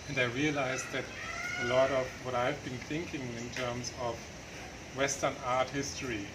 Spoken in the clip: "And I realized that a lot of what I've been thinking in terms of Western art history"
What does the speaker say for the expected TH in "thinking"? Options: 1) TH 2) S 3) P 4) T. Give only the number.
1